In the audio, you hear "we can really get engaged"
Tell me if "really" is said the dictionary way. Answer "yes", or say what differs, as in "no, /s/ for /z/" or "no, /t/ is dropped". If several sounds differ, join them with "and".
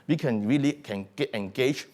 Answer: yes